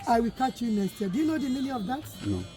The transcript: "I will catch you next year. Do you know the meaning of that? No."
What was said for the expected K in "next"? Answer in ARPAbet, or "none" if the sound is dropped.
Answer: none